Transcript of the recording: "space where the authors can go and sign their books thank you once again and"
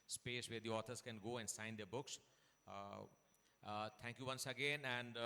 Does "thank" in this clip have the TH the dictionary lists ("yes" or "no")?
no